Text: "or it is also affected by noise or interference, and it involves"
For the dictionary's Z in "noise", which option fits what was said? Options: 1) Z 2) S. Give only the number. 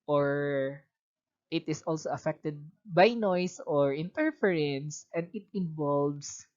2